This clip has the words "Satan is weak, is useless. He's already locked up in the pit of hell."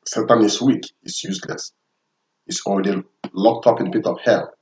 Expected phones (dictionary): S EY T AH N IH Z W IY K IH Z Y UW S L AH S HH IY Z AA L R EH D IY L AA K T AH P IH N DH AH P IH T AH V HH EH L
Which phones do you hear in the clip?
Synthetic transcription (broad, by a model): S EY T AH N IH S W IY K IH S Y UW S L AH S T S AA L R EH D IY L AA K T AH P IH N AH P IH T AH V HH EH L